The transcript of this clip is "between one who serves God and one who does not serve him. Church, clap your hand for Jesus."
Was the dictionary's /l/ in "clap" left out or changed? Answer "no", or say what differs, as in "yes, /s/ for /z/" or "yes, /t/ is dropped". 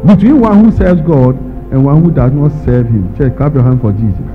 yes, /l/ is dropped